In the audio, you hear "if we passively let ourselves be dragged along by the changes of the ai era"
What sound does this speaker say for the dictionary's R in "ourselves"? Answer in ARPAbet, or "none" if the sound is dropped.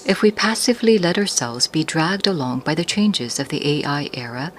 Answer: R